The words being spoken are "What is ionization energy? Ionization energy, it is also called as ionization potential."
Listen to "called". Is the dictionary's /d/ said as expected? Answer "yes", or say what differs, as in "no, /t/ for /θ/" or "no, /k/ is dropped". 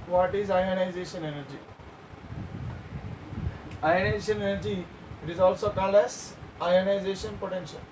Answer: no, /d/ is dropped